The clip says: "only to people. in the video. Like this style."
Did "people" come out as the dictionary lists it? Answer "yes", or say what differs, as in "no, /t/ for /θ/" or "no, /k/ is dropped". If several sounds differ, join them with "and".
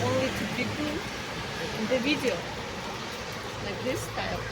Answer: no, /n/ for /l/